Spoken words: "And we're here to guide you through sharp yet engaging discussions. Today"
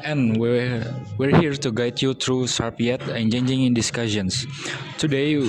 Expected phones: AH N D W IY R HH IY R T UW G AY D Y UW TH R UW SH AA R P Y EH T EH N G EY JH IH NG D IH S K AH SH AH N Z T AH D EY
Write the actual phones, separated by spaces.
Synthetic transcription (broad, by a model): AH N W W IY R HH IY R T UW G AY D Y UW T R UW S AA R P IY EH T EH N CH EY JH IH NG D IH S K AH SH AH N S T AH D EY